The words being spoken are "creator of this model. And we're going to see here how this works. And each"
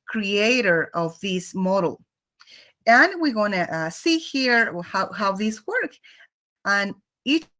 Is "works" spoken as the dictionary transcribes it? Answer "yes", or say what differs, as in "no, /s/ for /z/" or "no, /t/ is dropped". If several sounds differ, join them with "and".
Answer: no, /s/ is dropped